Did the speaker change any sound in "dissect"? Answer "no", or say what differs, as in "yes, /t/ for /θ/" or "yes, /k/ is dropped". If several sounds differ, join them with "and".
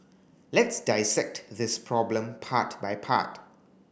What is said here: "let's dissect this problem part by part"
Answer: no